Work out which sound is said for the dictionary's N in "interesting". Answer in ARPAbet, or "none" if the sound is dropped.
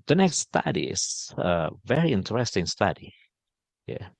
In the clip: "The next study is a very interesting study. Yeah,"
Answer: N